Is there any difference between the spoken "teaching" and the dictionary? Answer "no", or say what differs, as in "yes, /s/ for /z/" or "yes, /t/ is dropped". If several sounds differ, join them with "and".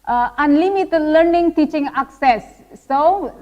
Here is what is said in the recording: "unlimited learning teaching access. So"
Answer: no